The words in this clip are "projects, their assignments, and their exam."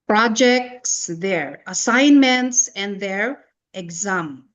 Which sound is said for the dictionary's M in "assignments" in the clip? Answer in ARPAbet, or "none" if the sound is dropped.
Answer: M